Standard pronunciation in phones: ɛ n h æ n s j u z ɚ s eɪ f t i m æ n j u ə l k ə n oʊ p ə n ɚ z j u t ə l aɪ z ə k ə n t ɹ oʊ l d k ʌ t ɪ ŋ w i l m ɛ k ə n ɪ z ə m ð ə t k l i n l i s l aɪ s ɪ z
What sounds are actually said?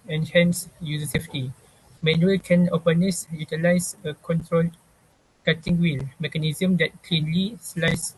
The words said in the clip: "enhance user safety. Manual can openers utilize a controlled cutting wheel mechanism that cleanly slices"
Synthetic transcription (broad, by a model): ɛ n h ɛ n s j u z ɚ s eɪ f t i m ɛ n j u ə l k ə n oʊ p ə n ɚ s j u t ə l aɪ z ə k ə n t ɹ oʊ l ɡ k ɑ t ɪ ŋ w i l m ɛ k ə n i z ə m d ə t k l i n l i s l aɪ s